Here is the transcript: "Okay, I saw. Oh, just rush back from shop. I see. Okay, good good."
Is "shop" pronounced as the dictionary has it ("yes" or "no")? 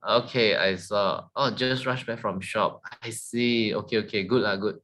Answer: yes